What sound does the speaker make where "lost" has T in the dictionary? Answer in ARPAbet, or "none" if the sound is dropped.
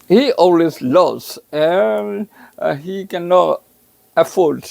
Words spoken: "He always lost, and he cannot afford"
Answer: none